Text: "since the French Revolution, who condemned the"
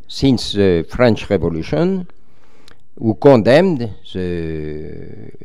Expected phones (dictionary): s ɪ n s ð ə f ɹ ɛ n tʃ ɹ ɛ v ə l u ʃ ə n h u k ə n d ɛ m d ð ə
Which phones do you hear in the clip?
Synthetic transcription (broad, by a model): s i n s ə f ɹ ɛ n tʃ ɹ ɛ v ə l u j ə n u k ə d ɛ m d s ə